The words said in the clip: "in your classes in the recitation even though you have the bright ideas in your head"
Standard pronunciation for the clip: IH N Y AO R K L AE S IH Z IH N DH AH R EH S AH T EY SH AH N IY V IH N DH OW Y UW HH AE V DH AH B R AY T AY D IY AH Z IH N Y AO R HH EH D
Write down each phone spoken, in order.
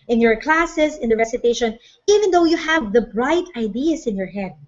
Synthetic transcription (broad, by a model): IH N Y AO R K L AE S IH S IH N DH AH R EH S AH T EY SH AH N IY V IH N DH OW Y UW HH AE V DH AH B R AY T AY D IY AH S IH N Y AO R HH EH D